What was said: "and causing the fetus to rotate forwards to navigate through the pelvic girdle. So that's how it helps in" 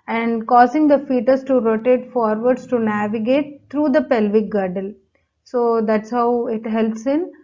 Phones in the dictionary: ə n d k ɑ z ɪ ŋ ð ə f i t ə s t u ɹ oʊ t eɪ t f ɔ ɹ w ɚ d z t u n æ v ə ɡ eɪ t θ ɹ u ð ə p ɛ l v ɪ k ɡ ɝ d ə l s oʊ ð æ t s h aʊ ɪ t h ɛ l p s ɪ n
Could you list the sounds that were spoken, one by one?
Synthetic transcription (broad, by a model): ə n d k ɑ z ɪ ŋ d ə f i t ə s t u ɹ oʊ t eɪ t f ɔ ɹ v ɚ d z t u n æ v ə ɡ eɪ t t ɹ u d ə p ɛ l v ɪ k ɡ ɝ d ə l s oʊ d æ t s h aʊ ɪ t h ɛ l p s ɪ n